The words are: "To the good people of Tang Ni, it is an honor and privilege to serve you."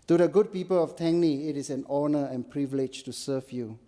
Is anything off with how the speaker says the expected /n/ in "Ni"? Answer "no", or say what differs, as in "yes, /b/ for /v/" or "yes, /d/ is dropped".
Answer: no